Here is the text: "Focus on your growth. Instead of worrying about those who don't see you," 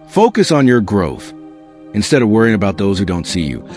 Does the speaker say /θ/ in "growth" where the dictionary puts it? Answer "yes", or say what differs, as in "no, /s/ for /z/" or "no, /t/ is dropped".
yes